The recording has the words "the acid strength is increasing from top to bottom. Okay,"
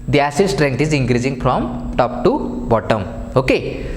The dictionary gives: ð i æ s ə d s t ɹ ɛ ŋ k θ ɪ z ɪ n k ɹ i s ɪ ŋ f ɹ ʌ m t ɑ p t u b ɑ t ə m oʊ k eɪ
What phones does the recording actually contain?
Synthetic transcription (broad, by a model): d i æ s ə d s t ɹ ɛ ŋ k t ɪ z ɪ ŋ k ɹ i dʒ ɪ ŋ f ɹ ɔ m t ɑ p t u b ɑ t ə m oʊ k eɪ